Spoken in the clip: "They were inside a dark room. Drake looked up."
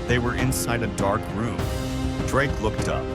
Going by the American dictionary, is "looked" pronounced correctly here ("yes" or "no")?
yes